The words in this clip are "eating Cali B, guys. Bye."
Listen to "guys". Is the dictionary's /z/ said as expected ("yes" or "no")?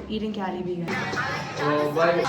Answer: no